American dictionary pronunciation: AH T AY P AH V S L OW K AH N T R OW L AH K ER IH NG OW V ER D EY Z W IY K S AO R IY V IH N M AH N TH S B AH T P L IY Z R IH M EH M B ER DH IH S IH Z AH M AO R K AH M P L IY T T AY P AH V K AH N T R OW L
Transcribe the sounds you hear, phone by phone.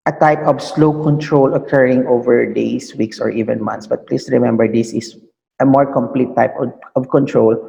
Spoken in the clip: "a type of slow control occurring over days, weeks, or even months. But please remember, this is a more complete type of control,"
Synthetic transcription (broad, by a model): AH T AY P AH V S L OW K AH N T R OW L AH K ER IH NG OW V ER D EY S W IY K S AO R IY V IH N M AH N T S B AH T P L IY S R IH M EH M B ER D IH S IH S AH M AO R K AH M P L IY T T AY P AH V K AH N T R OW L